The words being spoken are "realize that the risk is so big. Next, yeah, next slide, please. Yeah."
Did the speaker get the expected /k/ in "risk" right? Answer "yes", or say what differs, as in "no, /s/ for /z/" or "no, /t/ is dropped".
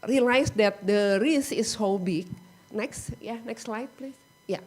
no, /k/ is dropped